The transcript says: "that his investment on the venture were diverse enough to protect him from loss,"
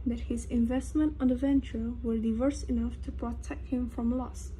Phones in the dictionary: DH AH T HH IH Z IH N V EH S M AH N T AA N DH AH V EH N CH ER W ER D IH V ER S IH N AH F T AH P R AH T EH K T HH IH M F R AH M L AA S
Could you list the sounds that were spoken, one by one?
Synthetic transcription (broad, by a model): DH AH T HH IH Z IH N V EH S M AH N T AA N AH V EH N CH ER W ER D IH V ER S IH N AH F T AH P R AH T EH K T HH IH M F R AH M L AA S